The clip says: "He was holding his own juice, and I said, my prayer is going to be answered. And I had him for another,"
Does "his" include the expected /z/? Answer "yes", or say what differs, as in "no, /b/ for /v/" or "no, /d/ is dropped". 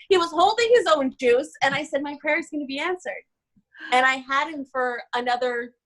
yes